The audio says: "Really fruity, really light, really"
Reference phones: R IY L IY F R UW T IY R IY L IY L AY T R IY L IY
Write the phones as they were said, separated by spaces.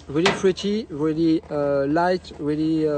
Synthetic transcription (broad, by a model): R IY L IY P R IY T IY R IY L IY L AY T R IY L IY